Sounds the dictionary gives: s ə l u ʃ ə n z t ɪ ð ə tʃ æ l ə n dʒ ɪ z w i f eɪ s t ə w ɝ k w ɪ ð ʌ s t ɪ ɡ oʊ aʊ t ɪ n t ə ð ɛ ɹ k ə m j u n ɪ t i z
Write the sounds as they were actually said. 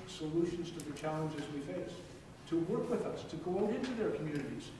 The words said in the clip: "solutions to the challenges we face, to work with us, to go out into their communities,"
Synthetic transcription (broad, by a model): s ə l u ʃ n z t ɪ ð ə tʃ æ l ə n dʒ ɪ z w i f eɪ s t ə w ɝ k w ɪ ð ʌ s t ɪ ɡ oʊ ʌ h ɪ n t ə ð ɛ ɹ k m j u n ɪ t i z